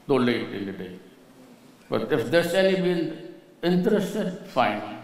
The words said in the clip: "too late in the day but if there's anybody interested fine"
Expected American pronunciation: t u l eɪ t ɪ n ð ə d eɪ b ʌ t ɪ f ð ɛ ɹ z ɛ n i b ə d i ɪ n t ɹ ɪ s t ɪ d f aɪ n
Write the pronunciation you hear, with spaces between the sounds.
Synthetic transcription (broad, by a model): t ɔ l eɪ t ɪ n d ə d eɪ b ʌ t ɪ f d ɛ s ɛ l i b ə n ɪ n t ɹ ɪ s t ɪ d f aɪ n